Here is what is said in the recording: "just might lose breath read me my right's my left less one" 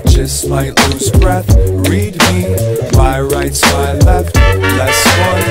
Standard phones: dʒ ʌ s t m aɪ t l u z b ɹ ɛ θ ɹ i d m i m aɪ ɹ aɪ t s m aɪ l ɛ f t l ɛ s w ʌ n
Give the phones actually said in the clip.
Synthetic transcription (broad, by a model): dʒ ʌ s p aɪ t l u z b ɹ ɛ θ ɹ i d m i m aɪ ɹ aɪ t s m aɪ l ɛ f t l ɛ s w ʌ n